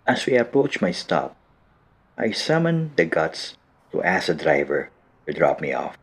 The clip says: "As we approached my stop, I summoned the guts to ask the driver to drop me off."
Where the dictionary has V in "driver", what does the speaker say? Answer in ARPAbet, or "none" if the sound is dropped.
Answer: V